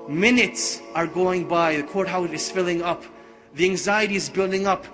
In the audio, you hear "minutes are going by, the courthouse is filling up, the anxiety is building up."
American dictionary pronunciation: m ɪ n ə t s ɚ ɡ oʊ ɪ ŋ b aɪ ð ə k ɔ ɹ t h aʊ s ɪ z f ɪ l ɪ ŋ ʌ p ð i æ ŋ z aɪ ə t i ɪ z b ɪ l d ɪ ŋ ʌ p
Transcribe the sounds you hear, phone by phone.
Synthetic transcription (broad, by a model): m ɪ n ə t s ɚ ɡ oʊ ɪ ŋ b aɪ ð ə k ɔ ɹ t h aʊ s ɪ z f ɪ l ɪ ŋ ʌ p ð i æ ŋ z aɪ ə t i ɪ z b ɪ l d ɪ ŋ ʌ p